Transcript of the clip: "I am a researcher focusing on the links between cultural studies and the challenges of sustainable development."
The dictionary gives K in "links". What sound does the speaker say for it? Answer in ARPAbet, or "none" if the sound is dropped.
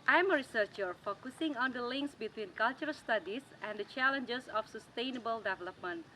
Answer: K